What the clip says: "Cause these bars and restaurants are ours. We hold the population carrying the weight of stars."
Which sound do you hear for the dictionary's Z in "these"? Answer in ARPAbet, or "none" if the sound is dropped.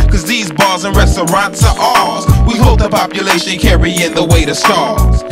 Z